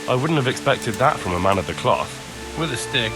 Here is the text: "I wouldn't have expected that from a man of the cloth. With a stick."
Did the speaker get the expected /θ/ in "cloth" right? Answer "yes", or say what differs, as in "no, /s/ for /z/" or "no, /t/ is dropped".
yes